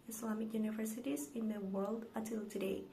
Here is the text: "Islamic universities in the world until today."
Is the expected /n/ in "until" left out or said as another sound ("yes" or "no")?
yes